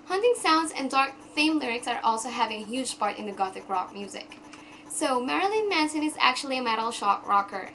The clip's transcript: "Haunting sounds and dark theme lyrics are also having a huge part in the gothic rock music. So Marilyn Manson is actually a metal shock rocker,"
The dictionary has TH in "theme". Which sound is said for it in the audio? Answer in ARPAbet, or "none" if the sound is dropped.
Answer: F